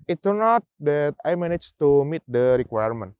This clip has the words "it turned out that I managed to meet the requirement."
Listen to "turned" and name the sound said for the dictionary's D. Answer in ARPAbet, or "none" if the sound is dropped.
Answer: none